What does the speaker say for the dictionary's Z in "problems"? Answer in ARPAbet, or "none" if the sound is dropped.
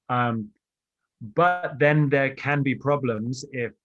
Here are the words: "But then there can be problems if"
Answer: Z